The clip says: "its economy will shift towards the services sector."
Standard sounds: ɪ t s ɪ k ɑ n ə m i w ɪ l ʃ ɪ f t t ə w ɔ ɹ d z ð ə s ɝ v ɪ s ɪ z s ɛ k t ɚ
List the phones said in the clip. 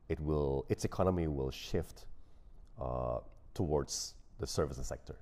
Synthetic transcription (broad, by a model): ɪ t s ɪ k ɑ n ə m i w ɪ l ʃ ɪ f t t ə w ɔ ɹ d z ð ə s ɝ v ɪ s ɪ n s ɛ k t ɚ